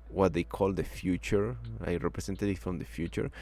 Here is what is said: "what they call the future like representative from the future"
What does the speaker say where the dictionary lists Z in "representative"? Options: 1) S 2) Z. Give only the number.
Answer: 1